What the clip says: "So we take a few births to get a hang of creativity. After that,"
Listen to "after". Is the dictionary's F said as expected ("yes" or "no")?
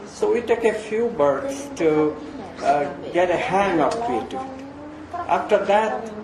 yes